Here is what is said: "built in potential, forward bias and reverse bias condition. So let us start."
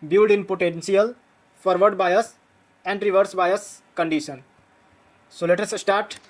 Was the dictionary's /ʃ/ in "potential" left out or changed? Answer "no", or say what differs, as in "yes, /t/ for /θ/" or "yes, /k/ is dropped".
yes, /s/ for /ʃ/